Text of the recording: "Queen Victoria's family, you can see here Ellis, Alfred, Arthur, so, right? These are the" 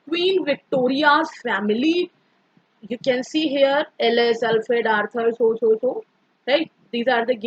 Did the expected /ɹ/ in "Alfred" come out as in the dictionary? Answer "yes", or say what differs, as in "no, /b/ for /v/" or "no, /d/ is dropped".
no, /ɹ/ is dropped